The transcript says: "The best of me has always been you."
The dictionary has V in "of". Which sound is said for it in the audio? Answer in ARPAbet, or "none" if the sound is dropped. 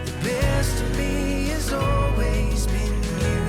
V